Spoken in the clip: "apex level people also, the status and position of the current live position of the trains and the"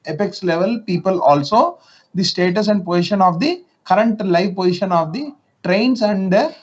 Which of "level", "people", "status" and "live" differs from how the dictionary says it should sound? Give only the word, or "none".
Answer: none